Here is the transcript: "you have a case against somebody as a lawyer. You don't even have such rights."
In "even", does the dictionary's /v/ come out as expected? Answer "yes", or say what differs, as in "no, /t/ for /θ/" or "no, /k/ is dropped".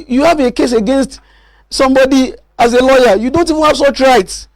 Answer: yes